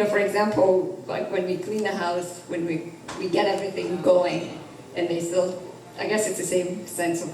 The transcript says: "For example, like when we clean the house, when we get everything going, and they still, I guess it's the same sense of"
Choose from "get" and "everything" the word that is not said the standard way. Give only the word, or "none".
none